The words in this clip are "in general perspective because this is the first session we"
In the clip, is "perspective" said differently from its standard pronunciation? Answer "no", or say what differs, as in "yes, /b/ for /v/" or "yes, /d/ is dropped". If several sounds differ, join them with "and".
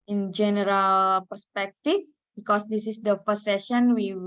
yes, /f/ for /v/